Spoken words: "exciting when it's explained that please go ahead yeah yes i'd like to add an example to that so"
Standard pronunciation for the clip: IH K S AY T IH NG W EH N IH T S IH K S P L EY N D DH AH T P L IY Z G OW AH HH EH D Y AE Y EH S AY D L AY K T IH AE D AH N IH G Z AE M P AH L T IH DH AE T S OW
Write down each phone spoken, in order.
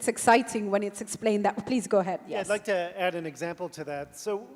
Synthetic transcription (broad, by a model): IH K S AY T IH NG W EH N IH T S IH K S P L EY N DH AH T P L IY Z G OW AH HH EH D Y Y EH AY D L AY K T IH AE D AH N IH G Z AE M P L T IH DH AE T S OW